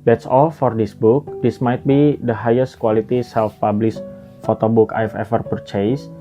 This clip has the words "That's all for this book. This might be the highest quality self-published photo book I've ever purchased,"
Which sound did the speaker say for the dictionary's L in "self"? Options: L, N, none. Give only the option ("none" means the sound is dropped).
L